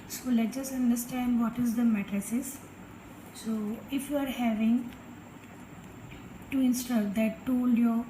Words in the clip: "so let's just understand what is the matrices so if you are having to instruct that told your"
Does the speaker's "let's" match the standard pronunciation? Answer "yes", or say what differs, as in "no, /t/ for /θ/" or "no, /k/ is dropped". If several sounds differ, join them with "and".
no, /s/ is dropped